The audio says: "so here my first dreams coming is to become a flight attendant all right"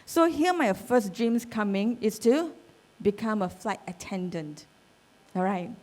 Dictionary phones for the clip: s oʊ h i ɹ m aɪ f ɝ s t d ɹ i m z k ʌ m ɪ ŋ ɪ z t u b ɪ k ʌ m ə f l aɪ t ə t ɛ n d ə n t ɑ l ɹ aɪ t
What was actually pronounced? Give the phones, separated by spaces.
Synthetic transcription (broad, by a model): s oʊ h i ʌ m aɪ f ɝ s d ɹ i m s k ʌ m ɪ ŋ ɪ s t u b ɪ k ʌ m ə f l aɪ t ə t ɛ n d ə n t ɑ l ɹ aɪ t